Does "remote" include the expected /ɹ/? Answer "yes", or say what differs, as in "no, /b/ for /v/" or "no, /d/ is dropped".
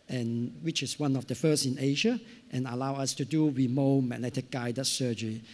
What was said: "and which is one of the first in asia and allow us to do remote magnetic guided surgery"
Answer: no, /w/ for /ɹ/